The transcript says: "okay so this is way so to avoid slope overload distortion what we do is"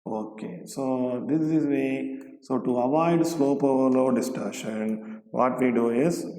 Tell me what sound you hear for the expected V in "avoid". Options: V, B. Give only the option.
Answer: V